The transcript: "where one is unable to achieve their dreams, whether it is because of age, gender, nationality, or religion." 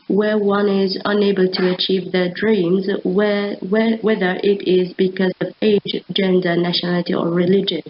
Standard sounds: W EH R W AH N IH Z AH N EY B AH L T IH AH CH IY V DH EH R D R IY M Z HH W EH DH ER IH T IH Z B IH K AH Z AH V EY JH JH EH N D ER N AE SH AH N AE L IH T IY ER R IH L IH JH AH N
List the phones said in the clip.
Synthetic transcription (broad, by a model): W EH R W AH N IH Z AH N EY B AH L T IH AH CH IY V DH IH D R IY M Z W W EH DH ER IH T IH Z B IH K AH Z AH V EY JH JH EH N D ER N AE SH AH N AE L IH T IY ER R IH L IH JH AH N